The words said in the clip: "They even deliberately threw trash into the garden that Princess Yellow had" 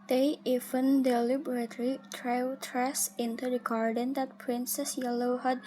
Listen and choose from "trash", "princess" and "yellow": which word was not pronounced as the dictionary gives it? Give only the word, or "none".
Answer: trash